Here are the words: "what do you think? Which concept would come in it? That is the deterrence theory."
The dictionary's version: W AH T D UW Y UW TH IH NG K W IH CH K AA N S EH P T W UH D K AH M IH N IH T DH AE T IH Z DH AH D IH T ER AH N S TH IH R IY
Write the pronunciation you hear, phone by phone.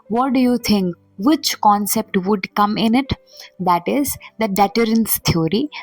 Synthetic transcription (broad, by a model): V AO T D UW Y UW T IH NG K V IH CH K AA N S EH P T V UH D K AH M IH N IH T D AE T IH Z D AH D IH T ER AH N S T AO R IY